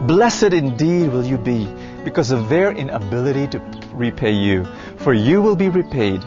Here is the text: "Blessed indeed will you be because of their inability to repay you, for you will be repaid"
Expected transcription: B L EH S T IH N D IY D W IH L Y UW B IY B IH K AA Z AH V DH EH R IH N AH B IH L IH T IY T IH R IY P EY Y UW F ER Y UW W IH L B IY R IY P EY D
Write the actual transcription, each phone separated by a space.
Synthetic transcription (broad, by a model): B L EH S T IH N D IY D W IH L Y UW B IY B IH K AA Z AH V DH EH R IH N AH B IH L IH T IY T IH R IY P EY Y UW F ER Y UW W IH L B IY R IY P EY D